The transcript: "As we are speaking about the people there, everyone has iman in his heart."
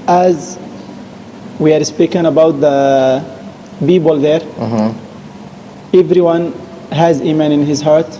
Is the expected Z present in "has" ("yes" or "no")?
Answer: yes